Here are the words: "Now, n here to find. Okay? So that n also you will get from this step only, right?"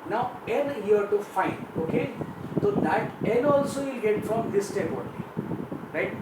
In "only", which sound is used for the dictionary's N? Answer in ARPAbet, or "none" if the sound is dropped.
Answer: none